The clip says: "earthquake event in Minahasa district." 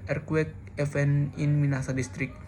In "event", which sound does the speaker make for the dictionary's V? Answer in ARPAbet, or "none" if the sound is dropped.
F